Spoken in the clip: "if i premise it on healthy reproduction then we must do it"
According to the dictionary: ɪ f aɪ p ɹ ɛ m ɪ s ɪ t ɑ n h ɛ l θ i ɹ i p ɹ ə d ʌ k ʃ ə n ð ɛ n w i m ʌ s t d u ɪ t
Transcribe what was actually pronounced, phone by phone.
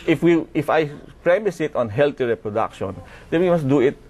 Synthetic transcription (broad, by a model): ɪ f aɪ p ɹ ɛ m ɪ s ɪ t ɑ n h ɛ l t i ɹ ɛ p ɹ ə d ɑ k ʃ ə n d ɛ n w i m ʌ s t d u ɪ t